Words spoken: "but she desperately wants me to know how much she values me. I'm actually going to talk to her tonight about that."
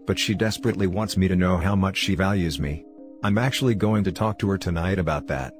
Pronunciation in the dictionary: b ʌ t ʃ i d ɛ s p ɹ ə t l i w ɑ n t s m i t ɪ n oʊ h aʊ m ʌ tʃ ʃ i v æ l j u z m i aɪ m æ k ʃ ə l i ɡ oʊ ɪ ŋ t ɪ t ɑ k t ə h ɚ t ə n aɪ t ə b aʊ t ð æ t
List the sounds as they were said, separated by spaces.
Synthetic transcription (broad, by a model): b ʌ t ʃ i d ɛ s p ɹ ə t l i w ɑ n t s m i t ɪ n oʊ h aʊ m ʌ tʃ ʃ i v æ l j u z m i aɪ m æ k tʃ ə l i ɡ oʊ ɪ ŋ t ɪ t ɑ k t ə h ɚ t ə n aɪ t ə b aʊ t ð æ t